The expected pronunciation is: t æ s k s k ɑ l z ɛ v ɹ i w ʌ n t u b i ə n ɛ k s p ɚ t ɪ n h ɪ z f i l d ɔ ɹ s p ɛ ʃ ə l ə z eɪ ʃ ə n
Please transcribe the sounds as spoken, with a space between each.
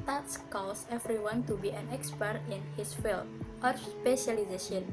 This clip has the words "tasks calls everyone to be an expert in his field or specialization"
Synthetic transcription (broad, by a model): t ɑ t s k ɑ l s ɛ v ɹ i w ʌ n t u b i ə n ɛ k s p ɚ t ɪ n h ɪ s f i l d ɔ ɹ s p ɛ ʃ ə l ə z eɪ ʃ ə n